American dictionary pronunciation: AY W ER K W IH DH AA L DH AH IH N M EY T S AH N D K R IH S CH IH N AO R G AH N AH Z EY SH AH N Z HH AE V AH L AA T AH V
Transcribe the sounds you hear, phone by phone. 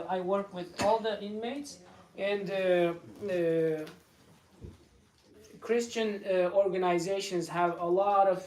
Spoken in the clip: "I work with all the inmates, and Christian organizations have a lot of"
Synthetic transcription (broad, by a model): AY W ER K W IH DH AA L DH AH IH N M EY T S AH N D K R IH S CH IH N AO R G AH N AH Z EY SH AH N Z HH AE V AH L AA T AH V